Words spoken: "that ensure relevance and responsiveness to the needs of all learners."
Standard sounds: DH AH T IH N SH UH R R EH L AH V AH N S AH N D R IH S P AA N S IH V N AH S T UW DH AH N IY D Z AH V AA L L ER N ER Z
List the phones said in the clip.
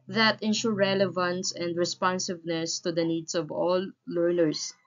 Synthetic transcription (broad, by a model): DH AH T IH N SH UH R R EH L AH V AH N S AH N D R IH S P AA N S IH V N AH S T UW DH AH N IY D S AH V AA L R N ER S